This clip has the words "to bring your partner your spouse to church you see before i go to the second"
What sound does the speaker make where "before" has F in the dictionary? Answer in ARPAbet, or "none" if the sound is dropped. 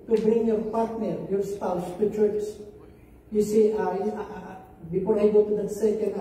P